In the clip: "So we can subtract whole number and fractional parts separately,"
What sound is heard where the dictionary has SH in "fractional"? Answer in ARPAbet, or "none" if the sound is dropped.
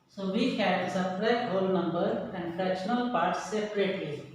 none